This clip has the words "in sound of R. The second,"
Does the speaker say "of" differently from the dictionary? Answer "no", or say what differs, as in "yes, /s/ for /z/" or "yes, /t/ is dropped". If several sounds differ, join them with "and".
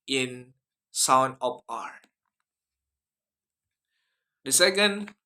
yes, /p/ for /v/